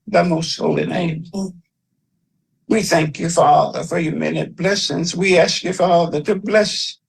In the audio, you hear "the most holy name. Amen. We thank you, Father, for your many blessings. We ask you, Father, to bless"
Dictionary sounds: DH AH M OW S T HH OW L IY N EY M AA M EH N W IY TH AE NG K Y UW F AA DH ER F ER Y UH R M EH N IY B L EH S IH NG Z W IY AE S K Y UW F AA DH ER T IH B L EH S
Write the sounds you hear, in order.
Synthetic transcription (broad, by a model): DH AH M OW S T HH OW L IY N EY AA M W IY TH AE NG K Y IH F AA DH ER F ER Y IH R M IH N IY B L EH S IH NG Z W IY AE S K Y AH F AA DH ER T IH B L EH S